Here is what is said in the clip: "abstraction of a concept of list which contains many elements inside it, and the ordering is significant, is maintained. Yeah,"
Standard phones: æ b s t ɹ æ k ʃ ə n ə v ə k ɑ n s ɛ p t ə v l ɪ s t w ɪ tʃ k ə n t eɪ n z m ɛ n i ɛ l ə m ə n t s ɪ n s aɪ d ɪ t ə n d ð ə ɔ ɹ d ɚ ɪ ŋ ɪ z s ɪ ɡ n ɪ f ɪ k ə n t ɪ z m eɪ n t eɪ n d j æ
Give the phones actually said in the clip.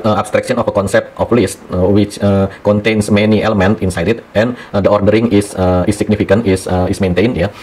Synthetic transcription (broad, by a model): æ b s t ɹ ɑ k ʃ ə n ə f ə k ɑ n s ɛ p t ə f l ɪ s t w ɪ tʃ k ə n t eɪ n s m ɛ n i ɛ l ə m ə n t ɪ n s aɪ d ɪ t ə n d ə ɔ ɹ d ɚ ɪ ŋ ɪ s s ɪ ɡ n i f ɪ k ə n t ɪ s m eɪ n t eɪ n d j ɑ